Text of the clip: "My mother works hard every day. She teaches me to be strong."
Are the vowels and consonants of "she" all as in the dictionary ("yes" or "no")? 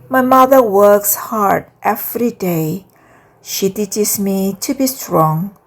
yes